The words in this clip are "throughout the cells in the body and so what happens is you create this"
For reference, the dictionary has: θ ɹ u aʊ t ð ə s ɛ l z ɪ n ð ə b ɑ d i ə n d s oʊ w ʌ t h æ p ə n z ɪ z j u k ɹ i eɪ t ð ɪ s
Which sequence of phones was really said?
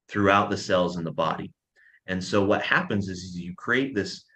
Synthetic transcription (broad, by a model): θ ɹ u aʊ t ð ə s ɛ l z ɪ n ð ə b ɑ d i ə n s oʊ w ʌ t h æ p ə n z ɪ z j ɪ k ɹ i eɪ t ð ɪ s